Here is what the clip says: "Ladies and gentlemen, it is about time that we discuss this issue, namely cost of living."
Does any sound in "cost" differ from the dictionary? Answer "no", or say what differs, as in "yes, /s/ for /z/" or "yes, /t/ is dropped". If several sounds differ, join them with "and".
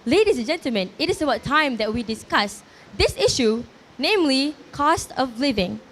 no